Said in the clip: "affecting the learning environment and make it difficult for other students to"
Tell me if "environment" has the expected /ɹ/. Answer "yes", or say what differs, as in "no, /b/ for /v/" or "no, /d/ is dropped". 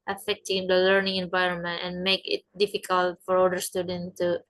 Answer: yes